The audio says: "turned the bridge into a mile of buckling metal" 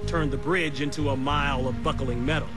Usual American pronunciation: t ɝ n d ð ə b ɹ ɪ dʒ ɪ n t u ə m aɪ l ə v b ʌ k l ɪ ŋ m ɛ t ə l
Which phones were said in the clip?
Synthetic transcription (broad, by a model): t ɝ n ð ə b ɹ ɪ dʒ ɪ n t u ə m aɪ l ə v b ʌ k l ɪ ŋ m ɛ t l